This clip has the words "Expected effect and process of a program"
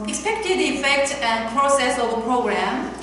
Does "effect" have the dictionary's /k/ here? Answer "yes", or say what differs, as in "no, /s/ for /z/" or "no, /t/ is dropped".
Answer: yes